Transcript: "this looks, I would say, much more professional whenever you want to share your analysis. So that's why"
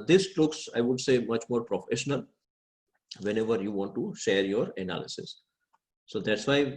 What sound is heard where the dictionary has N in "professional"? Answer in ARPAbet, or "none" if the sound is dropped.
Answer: N